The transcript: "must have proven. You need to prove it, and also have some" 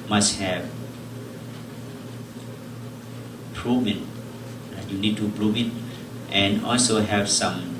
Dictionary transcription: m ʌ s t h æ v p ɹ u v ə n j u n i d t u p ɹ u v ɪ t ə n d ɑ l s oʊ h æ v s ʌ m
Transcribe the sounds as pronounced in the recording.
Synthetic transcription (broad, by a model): m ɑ s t h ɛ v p ɹ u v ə n j u n i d t u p ɹ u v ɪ t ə n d ɑ l s oʊ h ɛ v s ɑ m